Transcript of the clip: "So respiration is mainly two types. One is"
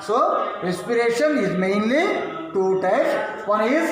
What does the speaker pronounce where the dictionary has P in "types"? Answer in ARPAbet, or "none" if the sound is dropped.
none